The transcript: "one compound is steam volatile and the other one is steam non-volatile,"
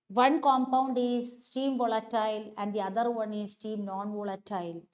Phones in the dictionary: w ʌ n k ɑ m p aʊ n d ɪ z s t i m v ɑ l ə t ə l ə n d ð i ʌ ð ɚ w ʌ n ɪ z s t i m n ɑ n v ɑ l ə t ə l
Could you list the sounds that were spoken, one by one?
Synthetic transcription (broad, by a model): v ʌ n k ɑ m p aʊ n d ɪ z s t i m v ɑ l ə t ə l ə n d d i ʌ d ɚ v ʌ n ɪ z s t i m n ɑ n v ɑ l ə t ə l